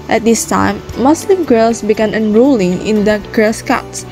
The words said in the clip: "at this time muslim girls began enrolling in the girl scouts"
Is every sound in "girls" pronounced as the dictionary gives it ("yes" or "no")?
no